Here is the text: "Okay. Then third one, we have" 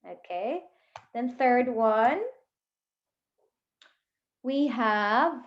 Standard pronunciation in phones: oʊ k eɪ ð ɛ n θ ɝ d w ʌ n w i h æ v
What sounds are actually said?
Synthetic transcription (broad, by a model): oʊ k eɪ ð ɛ n θ ɝ d w ʌ n w i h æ v